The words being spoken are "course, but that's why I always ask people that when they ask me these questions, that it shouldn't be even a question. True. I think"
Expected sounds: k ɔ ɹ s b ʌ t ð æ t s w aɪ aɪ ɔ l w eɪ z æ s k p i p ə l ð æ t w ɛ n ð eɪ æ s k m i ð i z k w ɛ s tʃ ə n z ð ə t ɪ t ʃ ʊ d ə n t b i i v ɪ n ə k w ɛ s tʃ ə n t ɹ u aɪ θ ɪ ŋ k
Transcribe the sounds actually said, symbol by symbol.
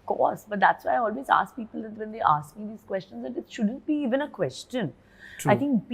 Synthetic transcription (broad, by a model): k ɔ ɹ s b ʌ t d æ t s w aɪ aɪ ɔ l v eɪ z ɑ s k p i p ə l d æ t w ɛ n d eɪ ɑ s k m i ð i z k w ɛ s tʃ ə n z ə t ɪ t ʃ ʊ d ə n t b i i v ɪ n ə k w ɛ s tʃ ə n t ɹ aɪ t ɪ ŋ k